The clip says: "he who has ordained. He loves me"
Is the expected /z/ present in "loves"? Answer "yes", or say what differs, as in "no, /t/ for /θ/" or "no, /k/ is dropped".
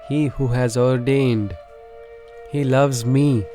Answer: yes